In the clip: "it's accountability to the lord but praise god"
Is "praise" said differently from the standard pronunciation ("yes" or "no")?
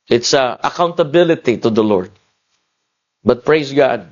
yes